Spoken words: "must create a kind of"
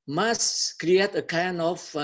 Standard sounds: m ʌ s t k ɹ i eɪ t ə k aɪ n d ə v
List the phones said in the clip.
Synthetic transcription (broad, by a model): m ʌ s k ɹ i eɪ t ə k aɪ n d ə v